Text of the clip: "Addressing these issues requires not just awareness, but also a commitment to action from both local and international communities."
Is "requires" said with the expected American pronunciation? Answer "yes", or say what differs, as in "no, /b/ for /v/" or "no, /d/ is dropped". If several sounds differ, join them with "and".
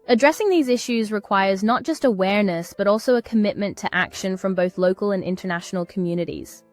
yes